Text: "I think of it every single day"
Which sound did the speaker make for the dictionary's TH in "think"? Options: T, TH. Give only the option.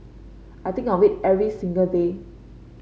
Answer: T